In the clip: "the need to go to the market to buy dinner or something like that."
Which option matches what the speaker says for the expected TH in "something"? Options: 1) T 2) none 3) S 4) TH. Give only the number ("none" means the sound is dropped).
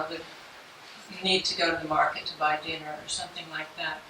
4